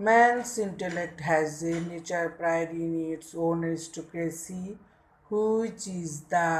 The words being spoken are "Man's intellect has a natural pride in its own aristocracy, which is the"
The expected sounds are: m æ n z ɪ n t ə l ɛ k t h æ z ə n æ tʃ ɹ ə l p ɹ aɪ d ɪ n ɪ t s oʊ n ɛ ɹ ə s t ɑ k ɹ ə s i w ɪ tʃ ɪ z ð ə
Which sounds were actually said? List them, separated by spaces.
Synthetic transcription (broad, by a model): m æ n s ɪ n t ə l ɛ k t h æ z ə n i tʃ ə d p ɹ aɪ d ɪ n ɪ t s oʊ n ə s t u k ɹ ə s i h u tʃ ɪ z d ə